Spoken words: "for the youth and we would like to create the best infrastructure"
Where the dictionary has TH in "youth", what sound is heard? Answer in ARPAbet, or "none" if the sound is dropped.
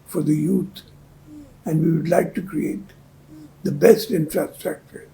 T